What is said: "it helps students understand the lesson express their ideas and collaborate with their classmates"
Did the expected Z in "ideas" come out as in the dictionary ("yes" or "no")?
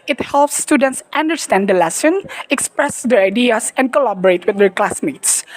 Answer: no